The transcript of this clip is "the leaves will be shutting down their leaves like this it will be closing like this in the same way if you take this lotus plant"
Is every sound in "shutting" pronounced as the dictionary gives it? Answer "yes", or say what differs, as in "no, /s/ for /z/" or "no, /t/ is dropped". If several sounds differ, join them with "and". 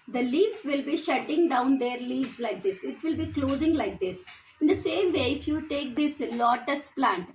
yes